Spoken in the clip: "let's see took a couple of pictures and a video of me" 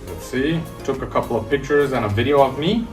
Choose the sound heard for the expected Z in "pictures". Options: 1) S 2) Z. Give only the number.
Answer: 2